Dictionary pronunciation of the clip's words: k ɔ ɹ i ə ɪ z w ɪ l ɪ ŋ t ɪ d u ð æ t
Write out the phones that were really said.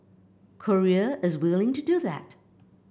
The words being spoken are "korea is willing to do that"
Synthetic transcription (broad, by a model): k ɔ ɹ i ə ɪ z w ɪ l ɪ ŋ t ɪ d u ð æ t